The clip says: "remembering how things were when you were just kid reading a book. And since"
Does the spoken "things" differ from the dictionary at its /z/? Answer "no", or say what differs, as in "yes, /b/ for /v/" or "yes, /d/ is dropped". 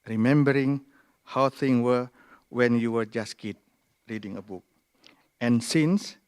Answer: yes, /z/ is dropped